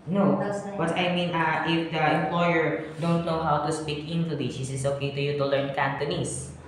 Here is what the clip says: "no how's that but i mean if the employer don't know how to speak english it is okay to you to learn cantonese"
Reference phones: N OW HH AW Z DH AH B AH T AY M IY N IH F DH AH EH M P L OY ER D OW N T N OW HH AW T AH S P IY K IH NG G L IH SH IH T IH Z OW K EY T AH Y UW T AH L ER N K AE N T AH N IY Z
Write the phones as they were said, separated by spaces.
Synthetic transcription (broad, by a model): N OW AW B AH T AY M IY N IH F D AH EH M P L OY ER D OW N T N OW HH AW T AH S P IY K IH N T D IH S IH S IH S OW K EY T AH Y UW T AH L ER N K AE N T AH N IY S